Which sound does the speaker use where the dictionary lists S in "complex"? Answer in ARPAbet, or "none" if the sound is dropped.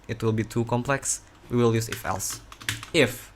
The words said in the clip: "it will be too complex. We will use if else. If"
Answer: S